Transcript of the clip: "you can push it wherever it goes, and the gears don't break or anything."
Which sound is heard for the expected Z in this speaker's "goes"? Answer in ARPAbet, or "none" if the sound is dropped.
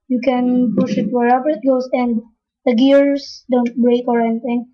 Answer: S